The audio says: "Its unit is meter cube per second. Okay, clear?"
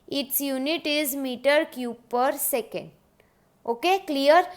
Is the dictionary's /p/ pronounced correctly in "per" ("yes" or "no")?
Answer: yes